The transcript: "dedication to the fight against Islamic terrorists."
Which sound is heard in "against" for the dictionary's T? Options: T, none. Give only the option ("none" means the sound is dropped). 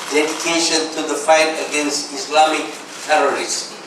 T